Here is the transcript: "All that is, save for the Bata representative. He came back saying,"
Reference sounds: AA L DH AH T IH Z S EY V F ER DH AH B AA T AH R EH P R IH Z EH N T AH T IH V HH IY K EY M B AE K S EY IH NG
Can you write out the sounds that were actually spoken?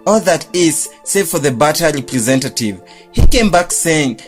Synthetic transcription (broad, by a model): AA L DH AH T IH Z S EY V F ER DH AH B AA T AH R EH P R IH Z EH N T AH T IH V HH IY K EY M B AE K S EY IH NG